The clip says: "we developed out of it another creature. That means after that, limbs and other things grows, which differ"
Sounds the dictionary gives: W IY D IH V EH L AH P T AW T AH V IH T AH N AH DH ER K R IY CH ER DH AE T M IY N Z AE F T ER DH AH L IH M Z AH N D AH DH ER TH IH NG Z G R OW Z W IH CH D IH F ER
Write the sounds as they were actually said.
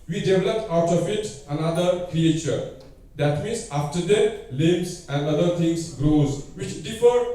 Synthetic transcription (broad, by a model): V IY D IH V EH L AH P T AW T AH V IH T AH N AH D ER K R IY CH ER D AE T M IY N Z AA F T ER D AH L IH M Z AH N D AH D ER T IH NG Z G R OW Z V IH CH D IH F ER